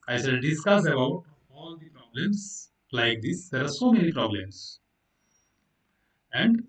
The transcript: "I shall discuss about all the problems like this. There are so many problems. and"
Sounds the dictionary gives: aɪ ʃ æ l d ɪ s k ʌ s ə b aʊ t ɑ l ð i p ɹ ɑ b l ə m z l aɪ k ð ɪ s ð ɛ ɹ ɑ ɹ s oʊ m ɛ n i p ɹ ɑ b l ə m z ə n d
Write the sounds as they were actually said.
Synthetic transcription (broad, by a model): aɪ s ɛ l d ɪ s k ʌ s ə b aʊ t ɑ l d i p ɹ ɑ b l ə m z l aɪ k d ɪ s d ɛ ɹ ɑ ɹ s oʊ m ɛ n i p ɹ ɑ b l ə m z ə n d